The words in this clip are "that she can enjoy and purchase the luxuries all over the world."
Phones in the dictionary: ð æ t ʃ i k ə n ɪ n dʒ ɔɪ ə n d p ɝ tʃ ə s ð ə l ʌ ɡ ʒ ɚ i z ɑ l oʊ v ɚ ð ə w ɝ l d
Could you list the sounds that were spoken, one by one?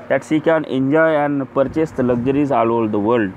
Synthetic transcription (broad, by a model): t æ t s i k ə n ɪ n dʒ ɔɪ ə n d p ɝ tʃ ə s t l ʌ ɡ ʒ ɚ i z ɑ l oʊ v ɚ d ə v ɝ l d